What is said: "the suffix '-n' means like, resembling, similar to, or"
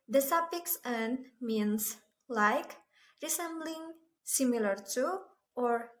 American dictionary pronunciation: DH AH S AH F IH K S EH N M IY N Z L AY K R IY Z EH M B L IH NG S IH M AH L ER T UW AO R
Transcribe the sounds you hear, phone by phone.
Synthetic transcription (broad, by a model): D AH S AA P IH K S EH N M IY N S L AY K R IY S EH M B L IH NG S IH M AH L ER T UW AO R